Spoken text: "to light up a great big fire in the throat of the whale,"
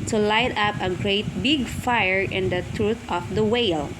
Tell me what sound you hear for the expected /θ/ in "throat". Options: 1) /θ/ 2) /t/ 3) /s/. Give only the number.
2